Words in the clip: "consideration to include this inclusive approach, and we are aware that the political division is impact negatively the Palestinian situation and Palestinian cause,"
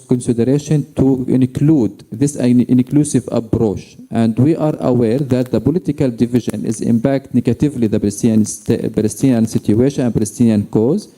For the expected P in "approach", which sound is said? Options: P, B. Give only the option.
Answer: B